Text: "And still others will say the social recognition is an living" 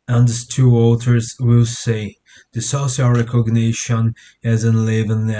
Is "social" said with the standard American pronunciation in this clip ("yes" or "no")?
no